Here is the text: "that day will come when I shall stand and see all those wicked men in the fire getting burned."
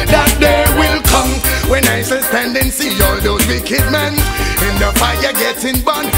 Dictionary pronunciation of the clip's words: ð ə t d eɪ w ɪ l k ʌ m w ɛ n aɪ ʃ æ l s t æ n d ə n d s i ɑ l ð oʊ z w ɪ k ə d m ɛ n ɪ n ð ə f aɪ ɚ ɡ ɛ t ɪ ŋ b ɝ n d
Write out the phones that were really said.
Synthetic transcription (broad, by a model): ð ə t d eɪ w ɪ l k ʌ m w ɛ n aɪ s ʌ n s t æ n d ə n s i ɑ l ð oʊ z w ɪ k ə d m ɛ n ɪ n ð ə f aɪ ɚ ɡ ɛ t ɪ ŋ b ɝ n